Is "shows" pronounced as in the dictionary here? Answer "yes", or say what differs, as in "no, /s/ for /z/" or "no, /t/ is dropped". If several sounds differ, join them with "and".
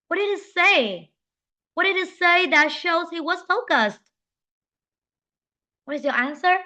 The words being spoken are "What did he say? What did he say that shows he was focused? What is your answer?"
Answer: yes